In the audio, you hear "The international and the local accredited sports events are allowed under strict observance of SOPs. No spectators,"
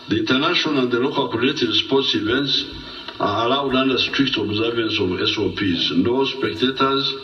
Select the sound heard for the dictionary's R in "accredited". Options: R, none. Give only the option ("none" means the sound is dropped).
none